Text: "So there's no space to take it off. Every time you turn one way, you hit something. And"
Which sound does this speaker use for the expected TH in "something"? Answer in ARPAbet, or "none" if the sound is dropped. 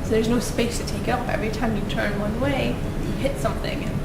TH